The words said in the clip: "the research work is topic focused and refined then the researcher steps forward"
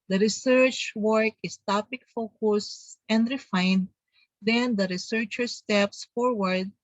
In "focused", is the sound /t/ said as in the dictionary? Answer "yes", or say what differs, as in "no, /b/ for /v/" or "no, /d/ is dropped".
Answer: no, /t/ is dropped